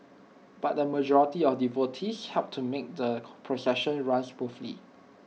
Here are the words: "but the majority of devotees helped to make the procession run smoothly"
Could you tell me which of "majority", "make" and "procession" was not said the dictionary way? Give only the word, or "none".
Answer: none